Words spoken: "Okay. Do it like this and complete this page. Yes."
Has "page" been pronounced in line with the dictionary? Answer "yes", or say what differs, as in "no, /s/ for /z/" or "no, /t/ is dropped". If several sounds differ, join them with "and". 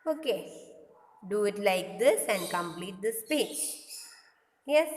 no, /tʃ/ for /dʒ/